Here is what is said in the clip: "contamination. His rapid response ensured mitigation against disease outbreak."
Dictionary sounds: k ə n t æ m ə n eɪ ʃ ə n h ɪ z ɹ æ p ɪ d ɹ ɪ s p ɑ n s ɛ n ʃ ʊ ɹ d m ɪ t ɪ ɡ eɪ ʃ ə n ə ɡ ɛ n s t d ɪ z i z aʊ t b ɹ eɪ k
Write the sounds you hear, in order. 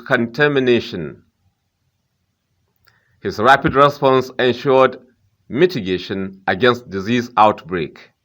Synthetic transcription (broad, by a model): k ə n t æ m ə n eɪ ʃ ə n h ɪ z ɹ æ p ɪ d ɹ ɪ s p ɑ n s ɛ n ʃ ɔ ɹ d m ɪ t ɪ ɡ eɪ ʃ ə n ə ɡ ɛ n s t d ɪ z i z aʊ t b ɹ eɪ k